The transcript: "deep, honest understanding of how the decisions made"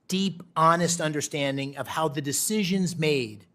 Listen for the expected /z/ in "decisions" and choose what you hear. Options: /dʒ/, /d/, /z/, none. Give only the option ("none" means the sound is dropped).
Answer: /z/